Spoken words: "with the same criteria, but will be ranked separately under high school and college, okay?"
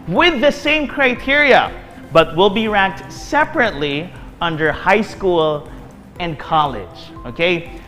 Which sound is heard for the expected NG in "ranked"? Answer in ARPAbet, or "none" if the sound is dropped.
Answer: none